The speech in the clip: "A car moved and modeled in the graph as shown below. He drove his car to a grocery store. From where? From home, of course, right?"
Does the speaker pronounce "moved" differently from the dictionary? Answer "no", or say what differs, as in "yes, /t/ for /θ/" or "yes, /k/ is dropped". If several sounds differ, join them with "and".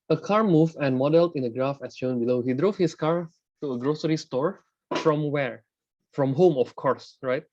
yes, /d/ is dropped